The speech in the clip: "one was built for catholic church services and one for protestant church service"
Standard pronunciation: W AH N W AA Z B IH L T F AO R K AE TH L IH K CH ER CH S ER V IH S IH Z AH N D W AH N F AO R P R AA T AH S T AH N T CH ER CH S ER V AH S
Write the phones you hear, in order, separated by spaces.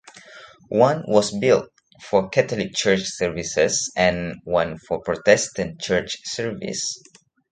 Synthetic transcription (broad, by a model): W AH N W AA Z B IH L T F AO R K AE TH L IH K CH ER CH S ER V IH S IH S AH N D W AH N F AO R P R AA T AH S T AH N T CH ER CH S ER V AH S